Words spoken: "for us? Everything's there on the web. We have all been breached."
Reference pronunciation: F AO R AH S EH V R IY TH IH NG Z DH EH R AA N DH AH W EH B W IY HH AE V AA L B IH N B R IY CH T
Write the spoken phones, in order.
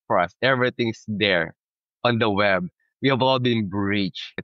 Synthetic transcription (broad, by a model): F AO R AH S EH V R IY T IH NG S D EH R AA N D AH W EH B W IY HH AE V AA L B IH N B R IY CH